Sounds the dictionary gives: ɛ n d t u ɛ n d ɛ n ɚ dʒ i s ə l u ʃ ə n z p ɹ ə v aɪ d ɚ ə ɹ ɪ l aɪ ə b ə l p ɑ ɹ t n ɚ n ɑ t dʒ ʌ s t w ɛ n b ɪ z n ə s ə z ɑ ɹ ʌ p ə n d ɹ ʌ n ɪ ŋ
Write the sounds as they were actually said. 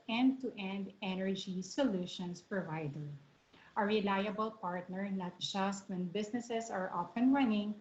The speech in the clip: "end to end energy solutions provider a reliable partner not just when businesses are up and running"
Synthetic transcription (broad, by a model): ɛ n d t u ɛ n d ɛ n ɚ dʒ i s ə l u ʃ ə n s p ɹ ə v aɪ d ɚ ə ɹ ɪ l aɪ ə b ə l p ɑ ɹ t n ɚ n ɑ t dʒ ʌ s t w ɛ n b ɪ s n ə s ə s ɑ ɹ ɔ f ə n ɹ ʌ n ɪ ŋ